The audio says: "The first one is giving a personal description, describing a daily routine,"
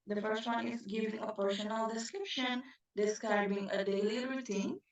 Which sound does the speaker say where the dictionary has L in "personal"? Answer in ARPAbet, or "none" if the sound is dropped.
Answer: N